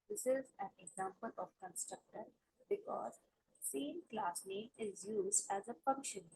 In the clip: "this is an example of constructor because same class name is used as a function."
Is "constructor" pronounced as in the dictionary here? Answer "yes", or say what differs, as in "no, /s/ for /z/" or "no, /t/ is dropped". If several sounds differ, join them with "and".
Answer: yes